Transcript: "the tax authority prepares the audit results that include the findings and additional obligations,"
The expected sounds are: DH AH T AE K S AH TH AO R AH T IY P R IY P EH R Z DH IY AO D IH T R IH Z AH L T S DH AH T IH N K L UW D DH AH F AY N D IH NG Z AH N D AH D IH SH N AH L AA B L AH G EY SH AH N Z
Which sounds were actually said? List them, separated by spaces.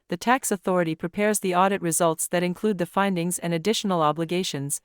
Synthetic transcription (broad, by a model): DH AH T AE K S AH TH AO R AH T IY P R IY P EH R Z DH IY AO D IH T R IH Z AH L T S DH AH T IH N K L UW D DH AH F AY N D IH NG Z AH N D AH D IH SH N L AA B L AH G EY SH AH N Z